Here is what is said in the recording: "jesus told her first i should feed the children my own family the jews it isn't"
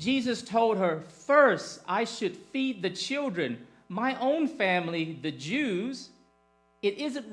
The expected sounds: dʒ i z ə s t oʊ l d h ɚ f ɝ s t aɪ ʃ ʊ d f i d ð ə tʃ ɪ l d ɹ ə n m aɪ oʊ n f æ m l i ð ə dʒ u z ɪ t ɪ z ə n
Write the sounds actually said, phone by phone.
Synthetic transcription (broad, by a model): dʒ i z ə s t oʊ l d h ɚ f ɝ s t aɪ ʃ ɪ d f i d ð ə tʃ ɪ l d ɹ ə n m aɪ oʊ n f æ m l i ð ə dʒ u z ɪ t ɪ z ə n